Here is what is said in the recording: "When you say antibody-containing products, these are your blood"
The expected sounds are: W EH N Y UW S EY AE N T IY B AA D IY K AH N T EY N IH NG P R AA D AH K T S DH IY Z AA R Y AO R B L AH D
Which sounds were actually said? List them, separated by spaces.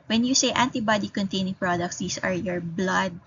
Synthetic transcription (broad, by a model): W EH N Y UW S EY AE N T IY B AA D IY K AH N T EY N IH NG P R AA D AH K T S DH IY S AA R Y AO R B L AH D